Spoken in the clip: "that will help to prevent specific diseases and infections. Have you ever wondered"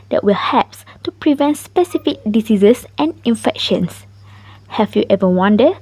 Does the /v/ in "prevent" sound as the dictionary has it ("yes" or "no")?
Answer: yes